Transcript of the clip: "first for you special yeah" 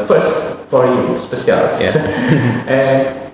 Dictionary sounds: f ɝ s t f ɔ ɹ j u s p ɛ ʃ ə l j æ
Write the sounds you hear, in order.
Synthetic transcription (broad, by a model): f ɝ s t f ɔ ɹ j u s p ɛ s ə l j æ